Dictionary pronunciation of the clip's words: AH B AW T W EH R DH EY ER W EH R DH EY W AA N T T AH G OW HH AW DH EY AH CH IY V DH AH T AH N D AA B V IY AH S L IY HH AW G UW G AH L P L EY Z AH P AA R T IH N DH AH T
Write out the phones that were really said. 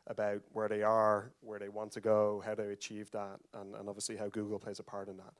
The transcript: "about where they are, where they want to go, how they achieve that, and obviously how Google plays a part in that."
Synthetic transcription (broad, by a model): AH B AW T W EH R DH EY ER W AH R DH EY W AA N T T AH G OW HH AW DH EY AH CH IY V DH AH T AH N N AA B V IY AH S L IY HH AW G UW G AH L P L EY Z AH P AA R T IH N DH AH T